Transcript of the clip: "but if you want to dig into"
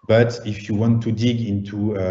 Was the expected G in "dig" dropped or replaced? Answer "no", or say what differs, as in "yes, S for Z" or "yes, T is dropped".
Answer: no